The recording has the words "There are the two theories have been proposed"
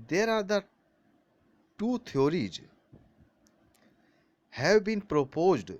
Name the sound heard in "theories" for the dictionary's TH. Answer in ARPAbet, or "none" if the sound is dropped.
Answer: T